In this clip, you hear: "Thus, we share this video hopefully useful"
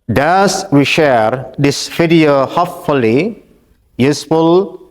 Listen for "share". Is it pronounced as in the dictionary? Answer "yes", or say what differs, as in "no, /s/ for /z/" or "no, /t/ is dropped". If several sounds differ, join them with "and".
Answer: yes